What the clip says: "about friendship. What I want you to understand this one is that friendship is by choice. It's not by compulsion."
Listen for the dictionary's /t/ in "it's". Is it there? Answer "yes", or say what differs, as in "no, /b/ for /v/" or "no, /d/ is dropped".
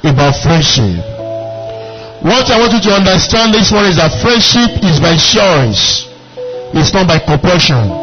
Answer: no, /s/ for /t/